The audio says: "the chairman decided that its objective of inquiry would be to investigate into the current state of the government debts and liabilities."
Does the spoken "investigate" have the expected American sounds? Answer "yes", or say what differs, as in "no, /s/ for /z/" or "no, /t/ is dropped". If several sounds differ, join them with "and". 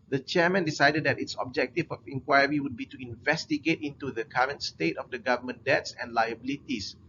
yes